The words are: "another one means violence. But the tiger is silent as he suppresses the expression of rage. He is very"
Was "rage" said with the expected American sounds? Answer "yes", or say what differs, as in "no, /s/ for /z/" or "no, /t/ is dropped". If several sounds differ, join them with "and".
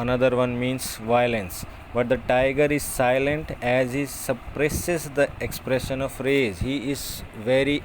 no, /z/ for /dʒ/